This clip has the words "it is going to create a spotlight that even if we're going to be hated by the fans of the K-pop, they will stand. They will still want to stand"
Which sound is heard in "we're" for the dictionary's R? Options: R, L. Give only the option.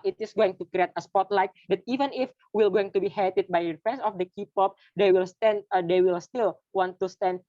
L